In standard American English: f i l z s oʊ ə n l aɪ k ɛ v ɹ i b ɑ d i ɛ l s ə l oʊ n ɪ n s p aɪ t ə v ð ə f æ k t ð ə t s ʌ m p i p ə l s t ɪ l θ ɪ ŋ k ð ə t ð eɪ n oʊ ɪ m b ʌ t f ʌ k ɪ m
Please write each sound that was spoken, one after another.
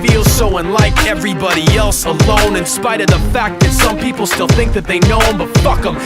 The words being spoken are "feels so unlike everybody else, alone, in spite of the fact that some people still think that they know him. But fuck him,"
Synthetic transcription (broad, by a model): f i l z s oʊ ə n l aɪ k ɛ v ɹ i b ɑ d i ɛ l s ə l oʊ n ɪ n s p aɪ t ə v ð ə f æ k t ð ə t s ʌ m p i p l s t ɪ l θ ɪ ŋ k ð ə t ð eɪ n oʊ ɪ m b ʌ t f ʌ k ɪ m